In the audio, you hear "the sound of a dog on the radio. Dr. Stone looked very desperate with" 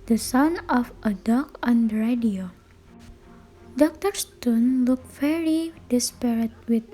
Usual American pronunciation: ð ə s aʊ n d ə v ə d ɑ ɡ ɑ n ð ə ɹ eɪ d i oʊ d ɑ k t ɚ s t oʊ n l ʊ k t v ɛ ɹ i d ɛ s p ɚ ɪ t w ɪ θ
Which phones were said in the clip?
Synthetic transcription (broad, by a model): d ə s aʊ n ə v ə d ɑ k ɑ n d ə ɹ eɪ d i oʊ d ɑ k t ɚ s t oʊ n l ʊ k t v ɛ ɹ i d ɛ s p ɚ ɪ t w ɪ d